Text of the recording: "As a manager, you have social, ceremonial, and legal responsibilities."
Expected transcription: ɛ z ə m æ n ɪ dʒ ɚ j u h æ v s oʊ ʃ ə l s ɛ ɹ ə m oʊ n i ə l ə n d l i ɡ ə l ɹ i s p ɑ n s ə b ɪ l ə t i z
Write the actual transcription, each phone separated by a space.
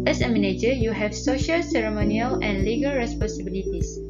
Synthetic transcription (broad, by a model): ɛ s ə m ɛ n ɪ dʒ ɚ j u h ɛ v s oʊ ʃ ə l s ɛ ɹ ə m oʊ n i ə l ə n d l i ɡ ə l ɹ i s p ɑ n s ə b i l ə t i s